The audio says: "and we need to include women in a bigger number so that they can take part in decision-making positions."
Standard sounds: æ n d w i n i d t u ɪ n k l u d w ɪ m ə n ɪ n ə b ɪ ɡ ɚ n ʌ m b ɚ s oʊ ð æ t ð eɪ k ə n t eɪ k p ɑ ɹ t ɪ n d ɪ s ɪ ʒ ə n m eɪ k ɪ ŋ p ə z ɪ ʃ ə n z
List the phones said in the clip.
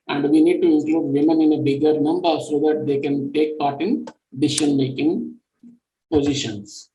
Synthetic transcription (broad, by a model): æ n d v i n i d t u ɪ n k l u d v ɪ m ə n ɪ n ə b ɪ ɡ ɚ n ʌ m b ɚ s oʊ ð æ t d eɪ k ə n t eɪ k p ɑ ɹ t ɪ n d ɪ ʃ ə n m eɪ k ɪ ŋ p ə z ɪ ʃ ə n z